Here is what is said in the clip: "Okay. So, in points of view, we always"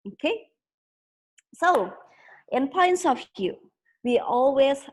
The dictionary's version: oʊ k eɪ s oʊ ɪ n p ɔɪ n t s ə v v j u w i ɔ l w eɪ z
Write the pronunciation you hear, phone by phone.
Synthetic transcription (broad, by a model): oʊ k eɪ s oʊ ɪ n p ɔɪ n t s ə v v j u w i ɔ l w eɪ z